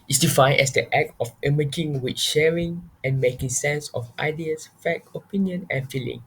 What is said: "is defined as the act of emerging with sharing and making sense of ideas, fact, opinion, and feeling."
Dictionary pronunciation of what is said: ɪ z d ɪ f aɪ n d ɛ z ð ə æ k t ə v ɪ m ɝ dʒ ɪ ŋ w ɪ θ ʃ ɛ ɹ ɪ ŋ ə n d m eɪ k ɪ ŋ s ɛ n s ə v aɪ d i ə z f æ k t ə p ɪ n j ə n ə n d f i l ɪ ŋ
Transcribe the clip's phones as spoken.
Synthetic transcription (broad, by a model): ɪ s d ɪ f aɪ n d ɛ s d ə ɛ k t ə f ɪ m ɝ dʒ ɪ ŋ w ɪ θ ʃ ɛ ɹ ɪ ŋ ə n m eɪ k ɪ ŋ s ɛ n s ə f aɪ d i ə s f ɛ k ə p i n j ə n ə n f i l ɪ ŋ